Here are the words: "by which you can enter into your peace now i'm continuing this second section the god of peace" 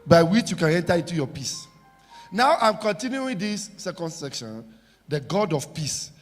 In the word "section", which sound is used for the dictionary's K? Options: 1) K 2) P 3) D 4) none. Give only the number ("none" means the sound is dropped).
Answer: 1